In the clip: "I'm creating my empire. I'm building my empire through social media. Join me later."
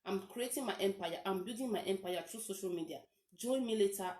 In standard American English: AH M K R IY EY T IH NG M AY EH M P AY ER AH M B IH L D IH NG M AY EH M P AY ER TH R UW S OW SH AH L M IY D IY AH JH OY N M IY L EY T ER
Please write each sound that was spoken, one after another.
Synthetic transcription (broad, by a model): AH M K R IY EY T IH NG M AY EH M P AY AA AH M B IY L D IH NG M AY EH M P AY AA T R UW S OW SH AH L M IY D IY AH JH OY N M IY L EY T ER